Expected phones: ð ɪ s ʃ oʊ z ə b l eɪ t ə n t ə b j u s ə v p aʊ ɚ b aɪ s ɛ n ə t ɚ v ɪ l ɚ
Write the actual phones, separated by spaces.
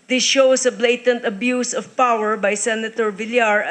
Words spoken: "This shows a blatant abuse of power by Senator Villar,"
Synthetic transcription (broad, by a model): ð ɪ s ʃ oʊ s ə b l eɪ t ə n t ə b j u s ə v p aʊ ɚ b aɪ s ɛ n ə t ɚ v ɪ l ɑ